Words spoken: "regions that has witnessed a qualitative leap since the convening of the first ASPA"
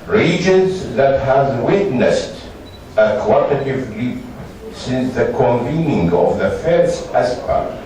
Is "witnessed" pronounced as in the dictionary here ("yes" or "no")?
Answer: yes